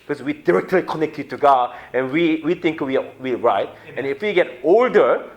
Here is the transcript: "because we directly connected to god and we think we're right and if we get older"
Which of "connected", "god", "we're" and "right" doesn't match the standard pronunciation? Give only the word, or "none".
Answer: we're